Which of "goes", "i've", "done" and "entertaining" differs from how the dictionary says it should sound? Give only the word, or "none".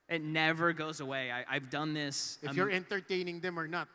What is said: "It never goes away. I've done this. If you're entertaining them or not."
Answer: none